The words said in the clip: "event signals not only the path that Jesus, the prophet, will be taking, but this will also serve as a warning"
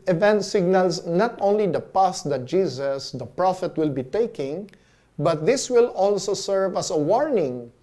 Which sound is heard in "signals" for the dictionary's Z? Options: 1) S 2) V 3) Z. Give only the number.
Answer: 1